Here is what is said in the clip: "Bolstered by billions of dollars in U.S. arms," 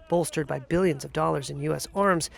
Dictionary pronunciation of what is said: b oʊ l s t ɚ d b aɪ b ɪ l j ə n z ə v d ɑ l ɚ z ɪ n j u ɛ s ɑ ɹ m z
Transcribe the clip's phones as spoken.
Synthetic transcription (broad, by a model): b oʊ l s t ɚ d b aɪ b ɪ l j ə n z ə v d ɑ l ɚ z ɪ n j u ɛ s ɑ ɹ m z